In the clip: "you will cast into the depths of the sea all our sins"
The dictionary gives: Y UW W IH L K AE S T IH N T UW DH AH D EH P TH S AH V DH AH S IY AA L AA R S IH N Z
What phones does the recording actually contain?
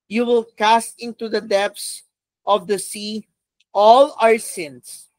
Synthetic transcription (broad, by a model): Y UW W IH L K AE S T IH N T UW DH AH D EH P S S AH V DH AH S IY AA L AA R S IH N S